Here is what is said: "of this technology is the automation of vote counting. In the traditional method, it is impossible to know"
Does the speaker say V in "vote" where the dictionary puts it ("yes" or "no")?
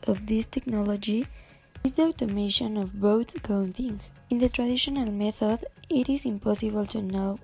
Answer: no